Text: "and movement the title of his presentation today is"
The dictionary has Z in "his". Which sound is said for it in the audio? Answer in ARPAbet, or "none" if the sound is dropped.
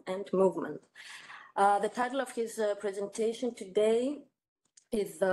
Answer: Z